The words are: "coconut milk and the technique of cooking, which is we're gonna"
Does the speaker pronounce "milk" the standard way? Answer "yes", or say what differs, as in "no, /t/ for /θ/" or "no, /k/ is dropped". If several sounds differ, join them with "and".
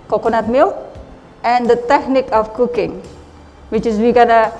no, /k/ is dropped